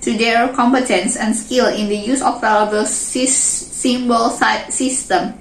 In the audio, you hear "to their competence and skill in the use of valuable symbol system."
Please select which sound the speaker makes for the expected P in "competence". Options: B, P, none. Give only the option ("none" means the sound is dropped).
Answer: P